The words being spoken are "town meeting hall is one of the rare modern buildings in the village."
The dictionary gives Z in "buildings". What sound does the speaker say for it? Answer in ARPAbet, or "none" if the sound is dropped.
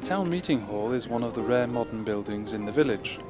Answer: Z